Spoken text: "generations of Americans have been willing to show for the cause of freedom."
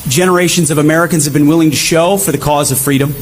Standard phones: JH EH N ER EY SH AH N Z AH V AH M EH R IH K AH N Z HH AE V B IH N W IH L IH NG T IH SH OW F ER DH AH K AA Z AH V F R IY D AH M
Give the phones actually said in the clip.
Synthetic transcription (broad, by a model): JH EH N ER EY SH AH N Z AH V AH M EH R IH K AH N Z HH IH V B IH N W IH L IH NG T IH SH OW F ER DH AH K AA Z AH V F R IY D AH M